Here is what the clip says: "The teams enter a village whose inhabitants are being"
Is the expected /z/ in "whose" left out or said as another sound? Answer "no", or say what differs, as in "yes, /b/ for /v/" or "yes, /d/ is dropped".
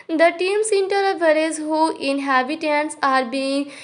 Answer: yes, /z/ is dropped